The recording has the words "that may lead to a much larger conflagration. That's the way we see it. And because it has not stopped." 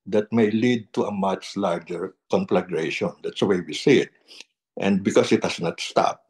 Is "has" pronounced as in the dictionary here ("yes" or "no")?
no